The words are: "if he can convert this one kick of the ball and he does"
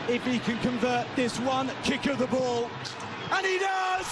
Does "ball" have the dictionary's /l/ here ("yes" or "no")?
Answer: yes